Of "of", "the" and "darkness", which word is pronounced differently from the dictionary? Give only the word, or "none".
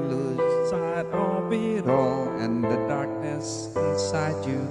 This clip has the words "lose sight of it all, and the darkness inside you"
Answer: of